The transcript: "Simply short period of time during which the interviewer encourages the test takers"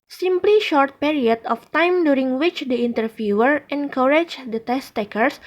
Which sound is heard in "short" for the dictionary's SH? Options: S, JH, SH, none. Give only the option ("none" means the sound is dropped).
SH